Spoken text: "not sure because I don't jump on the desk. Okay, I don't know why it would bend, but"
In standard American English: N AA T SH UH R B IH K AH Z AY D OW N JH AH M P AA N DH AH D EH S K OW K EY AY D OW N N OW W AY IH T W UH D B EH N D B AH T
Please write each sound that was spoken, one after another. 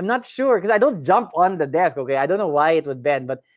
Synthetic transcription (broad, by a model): N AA T SH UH R K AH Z AY D OW N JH AH M P AA N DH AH D EH S K OW K EY AY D OW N N OW W AY IH T W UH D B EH N B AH T